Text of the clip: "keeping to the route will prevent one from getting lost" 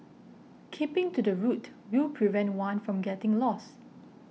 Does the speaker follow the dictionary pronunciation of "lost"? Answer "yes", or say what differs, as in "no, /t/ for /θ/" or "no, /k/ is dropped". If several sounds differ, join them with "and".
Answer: no, /t/ is dropped